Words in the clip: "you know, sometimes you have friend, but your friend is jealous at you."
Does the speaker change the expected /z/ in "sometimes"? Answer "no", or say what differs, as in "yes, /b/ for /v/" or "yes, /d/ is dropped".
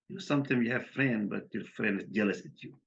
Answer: yes, /z/ is dropped